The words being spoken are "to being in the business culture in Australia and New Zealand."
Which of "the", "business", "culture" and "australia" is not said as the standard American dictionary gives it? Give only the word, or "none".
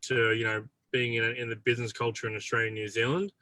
none